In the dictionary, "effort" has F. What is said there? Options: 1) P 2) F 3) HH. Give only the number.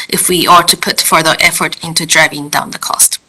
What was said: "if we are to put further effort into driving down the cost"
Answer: 2